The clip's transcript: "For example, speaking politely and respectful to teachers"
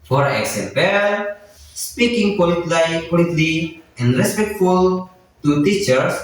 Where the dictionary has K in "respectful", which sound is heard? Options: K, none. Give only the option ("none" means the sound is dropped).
K